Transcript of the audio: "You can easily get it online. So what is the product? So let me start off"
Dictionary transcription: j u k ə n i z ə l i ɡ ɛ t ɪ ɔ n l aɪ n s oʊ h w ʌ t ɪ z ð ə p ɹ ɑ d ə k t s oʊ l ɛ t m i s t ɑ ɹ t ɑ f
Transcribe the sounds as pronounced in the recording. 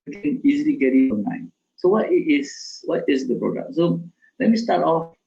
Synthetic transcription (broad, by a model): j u k ə n i z ə l i ɡ ɛ t ɪ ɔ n aɪ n s oʊ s w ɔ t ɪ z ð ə p ɹ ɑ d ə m s oʊ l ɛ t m i s t ɑ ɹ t ɑ f